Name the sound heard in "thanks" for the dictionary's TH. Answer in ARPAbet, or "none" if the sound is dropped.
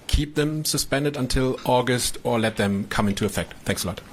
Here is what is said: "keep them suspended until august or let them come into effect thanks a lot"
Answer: TH